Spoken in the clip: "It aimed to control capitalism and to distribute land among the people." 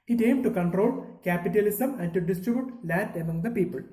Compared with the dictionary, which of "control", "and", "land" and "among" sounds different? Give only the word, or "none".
land